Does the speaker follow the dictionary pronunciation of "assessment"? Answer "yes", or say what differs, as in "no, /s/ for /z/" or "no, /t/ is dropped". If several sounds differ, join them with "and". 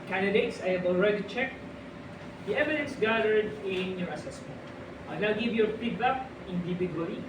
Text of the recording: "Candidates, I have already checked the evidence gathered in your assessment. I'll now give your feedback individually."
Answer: yes